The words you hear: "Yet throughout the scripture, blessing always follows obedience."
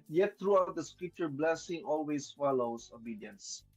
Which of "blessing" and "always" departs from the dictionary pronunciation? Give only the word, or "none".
always